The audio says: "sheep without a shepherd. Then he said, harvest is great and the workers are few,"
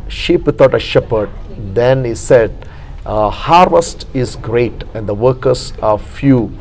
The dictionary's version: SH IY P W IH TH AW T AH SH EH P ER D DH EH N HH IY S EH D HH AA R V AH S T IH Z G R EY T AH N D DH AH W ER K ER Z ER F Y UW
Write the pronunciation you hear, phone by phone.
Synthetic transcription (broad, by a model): SH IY P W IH T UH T AH SH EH P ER D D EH N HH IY S EH D HH AA R V AH S T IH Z G R EY T AH N D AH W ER K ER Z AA F Y UW